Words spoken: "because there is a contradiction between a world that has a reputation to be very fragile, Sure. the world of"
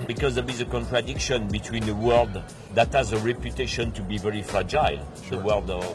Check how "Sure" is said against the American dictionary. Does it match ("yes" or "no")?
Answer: no